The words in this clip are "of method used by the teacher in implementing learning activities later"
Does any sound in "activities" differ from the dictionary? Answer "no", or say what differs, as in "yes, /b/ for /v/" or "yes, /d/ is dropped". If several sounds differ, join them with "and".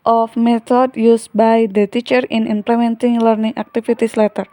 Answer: yes, /f/ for /v/ and /s/ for /z/